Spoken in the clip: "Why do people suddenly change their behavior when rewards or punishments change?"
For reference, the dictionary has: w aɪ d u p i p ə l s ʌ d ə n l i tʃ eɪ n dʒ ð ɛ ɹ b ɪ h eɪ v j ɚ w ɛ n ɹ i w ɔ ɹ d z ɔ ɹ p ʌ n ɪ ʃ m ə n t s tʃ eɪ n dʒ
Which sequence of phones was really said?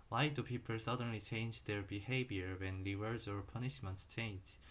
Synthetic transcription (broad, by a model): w aɪ d u p i p ə l s ʌ d ə n l i tʃ eɪ n dʒ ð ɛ ɹ b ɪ h eɪ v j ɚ w ɛ n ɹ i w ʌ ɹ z ɔ ɹ p ʌ n ɪ ʃ m ə n t s tʃ eɪ n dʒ